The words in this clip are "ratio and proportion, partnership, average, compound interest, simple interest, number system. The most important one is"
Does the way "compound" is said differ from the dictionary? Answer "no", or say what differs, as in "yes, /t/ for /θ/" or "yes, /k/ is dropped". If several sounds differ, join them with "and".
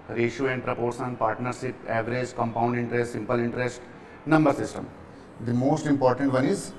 no